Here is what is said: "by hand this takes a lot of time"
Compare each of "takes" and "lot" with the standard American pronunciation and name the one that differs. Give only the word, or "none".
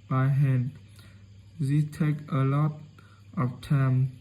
takes